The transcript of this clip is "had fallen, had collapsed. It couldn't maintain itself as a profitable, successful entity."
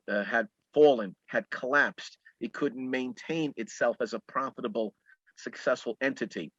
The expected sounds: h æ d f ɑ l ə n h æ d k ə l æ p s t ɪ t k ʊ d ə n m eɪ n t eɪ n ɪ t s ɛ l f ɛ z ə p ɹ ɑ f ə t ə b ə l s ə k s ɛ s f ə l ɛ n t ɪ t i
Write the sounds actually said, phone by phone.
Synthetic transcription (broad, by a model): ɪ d f ɑ l ə n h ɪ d k ə l æ p s t ɪ t k ʊ d n m eɪ n t eɪ n ɪ t s ɛ l f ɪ z ə p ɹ ɑ f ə t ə b l s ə k s ɛ s f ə l ɛ n t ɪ t i